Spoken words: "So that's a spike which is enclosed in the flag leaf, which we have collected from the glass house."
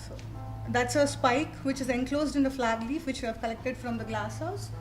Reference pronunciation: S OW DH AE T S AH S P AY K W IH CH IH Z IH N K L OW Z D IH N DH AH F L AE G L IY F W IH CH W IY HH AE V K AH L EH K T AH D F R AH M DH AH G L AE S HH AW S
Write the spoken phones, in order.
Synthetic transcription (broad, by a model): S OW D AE T S AH S P AY K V IH CH IH Z IH N K L OW Z D IH N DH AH F L AE G L IY F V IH CH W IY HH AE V K AH L EH K T AH D F R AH M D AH G L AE S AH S